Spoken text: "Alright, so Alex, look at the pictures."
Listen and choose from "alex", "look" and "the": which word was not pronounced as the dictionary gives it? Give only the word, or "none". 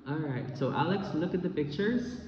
none